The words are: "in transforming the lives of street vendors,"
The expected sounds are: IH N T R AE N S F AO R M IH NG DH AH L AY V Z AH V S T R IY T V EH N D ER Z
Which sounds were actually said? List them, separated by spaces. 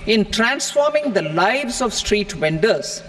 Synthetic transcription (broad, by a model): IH N T R AE N S F AO R M IH NG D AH L AY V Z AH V S T R IY T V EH N D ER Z